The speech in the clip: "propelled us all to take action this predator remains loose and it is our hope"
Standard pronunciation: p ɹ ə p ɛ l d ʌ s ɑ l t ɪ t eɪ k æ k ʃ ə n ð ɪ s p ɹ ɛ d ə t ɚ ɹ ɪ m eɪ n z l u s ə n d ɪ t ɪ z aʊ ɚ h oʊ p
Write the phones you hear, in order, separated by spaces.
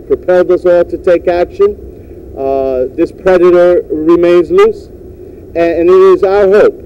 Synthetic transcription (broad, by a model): p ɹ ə p ɛ l d ʌ s ɑ l t ɪ t eɪ k æ k ʃ ə n ð ɪ s p ɹ ɛ d ə t ɚ ɹ ɪ m eɪ n z l u s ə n ɪ t ɪ z aʊ ɚ h oʊ p